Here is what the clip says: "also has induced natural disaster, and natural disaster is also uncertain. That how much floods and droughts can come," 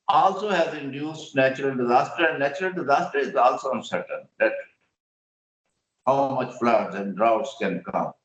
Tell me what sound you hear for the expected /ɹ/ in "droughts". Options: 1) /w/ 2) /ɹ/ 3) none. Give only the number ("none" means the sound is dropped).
2